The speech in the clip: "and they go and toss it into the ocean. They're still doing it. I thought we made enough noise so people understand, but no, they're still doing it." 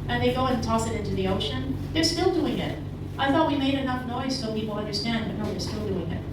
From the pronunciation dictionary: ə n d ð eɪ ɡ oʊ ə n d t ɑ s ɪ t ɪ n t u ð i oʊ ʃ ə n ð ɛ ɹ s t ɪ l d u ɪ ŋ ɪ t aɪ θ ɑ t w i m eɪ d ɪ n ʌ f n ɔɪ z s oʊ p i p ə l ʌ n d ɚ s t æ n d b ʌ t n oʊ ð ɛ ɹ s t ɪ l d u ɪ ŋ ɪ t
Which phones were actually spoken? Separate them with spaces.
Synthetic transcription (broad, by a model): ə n ð eɪ ɡ oʊ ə n t ɑ s ɪ t ɪ n t u ð i oʊ ʃ ə n ð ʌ ɹ s t ɪ l d u ɪ ŋ ɪ t aɪ θ ɑ t w i m eɪ d ɪ n ʌ f n ɔɪ z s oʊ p i p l ʌ n d ɚ s t æ n d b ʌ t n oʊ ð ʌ ɹ s t ɪ l d u ɪ ŋ ɪ t